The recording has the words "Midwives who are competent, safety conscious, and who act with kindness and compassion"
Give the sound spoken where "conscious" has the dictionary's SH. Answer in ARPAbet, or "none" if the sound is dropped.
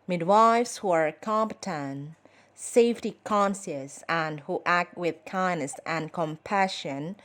S